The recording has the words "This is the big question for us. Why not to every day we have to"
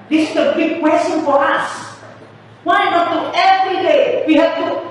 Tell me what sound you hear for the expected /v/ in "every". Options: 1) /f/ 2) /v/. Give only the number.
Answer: 2